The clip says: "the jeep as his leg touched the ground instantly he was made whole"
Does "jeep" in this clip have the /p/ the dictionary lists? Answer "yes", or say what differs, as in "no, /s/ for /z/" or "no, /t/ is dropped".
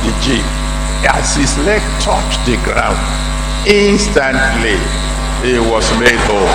no, /p/ is dropped